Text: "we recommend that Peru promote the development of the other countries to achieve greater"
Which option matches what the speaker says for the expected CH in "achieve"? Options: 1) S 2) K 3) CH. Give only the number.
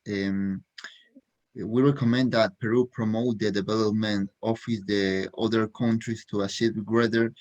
1